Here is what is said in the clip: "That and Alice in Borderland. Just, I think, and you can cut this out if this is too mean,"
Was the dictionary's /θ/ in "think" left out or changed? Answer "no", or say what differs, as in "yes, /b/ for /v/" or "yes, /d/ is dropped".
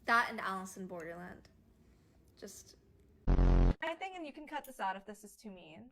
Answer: no